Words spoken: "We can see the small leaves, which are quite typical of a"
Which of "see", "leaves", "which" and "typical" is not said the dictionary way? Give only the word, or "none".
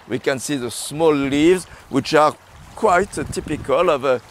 none